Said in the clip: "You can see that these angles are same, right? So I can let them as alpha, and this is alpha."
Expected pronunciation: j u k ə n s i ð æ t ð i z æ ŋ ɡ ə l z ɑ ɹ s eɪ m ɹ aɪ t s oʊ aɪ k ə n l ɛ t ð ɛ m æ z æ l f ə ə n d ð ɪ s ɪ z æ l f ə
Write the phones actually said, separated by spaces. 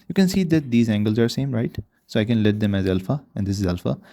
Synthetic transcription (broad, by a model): j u k ə n s i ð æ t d i z æ ŋ ɡ ə l z ɑ ɹ s eɪ m ɹ aɪ t s oʊ aɪ k ə n l ɛ t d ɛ m æ z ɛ l f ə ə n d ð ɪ s ɪ z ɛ l f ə